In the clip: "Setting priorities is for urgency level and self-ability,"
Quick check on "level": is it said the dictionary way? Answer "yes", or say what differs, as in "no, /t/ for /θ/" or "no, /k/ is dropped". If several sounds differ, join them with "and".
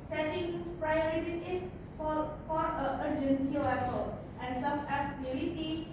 no, /p/ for /v/